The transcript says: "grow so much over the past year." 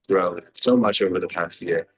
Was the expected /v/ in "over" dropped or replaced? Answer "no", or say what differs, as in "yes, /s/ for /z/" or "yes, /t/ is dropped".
no